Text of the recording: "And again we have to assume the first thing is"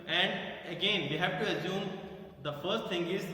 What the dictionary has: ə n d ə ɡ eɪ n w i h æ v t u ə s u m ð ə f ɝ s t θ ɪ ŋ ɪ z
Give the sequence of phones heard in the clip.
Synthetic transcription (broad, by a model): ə n d ə ɡ eɪ n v i h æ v t u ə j u m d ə f ɝ s t t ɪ ŋ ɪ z